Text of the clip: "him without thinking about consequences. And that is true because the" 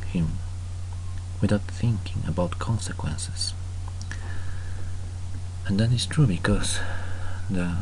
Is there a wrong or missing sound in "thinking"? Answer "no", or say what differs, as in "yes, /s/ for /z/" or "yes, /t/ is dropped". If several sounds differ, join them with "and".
no